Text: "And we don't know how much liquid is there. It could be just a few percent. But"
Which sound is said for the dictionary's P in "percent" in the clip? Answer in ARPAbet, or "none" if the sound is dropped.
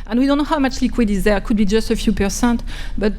P